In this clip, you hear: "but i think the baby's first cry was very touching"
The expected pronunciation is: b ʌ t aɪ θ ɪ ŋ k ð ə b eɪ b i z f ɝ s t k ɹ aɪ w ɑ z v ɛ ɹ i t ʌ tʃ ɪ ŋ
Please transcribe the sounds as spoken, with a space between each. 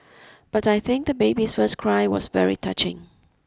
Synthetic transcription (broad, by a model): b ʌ t aɪ θ ɪ ŋ k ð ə b eɪ b i s f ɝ s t k ɹ aɪ w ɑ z v ɛ ɹ i t ʌ tʃ ɪ ŋ